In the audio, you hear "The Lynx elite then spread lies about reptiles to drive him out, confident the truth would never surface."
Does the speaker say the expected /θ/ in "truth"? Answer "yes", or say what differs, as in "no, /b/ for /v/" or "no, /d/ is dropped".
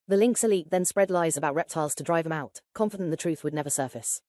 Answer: yes